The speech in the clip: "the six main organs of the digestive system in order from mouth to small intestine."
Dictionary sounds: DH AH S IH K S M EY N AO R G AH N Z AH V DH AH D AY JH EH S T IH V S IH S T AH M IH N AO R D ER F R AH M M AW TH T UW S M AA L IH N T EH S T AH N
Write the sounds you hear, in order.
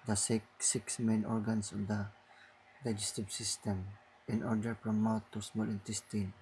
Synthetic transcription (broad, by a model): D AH S IH K S M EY N AO R G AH N S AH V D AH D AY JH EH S T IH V S IH S T AH M IH N AO R D ER P R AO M M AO T UW S M AA L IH N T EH S T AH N